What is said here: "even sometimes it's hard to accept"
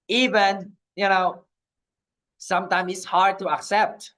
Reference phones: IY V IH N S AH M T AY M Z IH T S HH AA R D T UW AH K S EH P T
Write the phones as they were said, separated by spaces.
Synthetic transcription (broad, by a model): IY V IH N S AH M T AY M IH T S HH AA R D T UW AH K S EH P T